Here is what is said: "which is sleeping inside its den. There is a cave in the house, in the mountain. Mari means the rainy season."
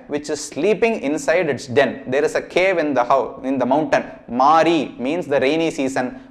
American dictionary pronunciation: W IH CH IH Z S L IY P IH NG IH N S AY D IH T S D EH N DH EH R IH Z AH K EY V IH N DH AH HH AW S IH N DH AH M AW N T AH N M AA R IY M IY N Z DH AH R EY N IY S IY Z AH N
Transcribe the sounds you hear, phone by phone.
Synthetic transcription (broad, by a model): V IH CH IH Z S L IY P IH NG IH N S AY D IH T S D EH N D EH R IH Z AH K EY V IH N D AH HH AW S IH N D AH M AW N T AH N M AA R IY M IY N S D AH R EY N IY S IY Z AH N